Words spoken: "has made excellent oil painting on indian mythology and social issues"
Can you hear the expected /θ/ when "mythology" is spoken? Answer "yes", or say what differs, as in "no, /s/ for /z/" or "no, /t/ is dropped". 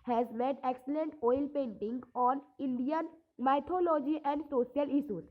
no, /t/ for /θ/